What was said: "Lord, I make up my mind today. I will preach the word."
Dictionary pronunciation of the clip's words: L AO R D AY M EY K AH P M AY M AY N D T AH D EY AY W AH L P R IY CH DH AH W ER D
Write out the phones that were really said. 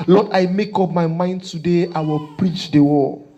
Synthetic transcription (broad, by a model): L AO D AY M EY K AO P M AY M AY N D T AH D EY AY W AH L P R IY CH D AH W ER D